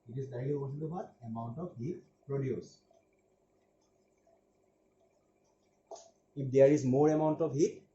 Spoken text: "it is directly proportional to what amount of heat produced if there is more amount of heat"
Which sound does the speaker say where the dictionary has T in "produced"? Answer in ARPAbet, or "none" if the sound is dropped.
none